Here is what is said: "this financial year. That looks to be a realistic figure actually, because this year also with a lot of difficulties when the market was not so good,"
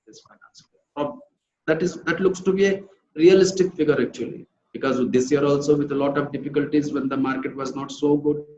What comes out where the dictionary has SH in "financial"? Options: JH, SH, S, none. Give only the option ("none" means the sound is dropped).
S